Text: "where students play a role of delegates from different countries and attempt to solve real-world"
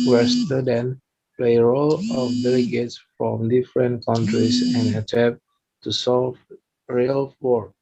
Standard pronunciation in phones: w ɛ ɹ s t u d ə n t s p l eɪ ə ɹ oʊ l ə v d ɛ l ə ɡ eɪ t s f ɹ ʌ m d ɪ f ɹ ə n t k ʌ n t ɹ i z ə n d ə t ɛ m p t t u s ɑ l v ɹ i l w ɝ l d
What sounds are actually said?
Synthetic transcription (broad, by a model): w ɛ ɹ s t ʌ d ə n p l eɪ ə ɹ oʊ l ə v d ɛ l ə ɡ eɪ t s f ɹ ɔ m d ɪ f ɹ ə n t k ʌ n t ɹ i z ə n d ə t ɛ p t t u s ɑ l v ɹ i l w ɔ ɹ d